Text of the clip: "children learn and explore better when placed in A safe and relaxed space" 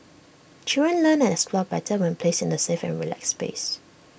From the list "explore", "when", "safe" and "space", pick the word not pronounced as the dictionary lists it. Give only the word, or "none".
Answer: explore